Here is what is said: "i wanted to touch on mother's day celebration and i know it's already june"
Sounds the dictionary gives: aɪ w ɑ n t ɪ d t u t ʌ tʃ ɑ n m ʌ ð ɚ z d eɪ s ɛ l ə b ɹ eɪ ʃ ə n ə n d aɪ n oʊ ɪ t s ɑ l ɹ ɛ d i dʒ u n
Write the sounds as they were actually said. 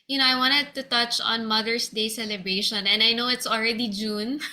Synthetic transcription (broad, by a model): aɪ w ɑ n t ɪ d t u t ʌ tʃ ɑ n m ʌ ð ɚ s d eɪ s ɛ l ə b ɹ eɪ ʃ ə n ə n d aɪ n oʊ ɪ t s ɑ l ɹ ɛ d i dʒ u n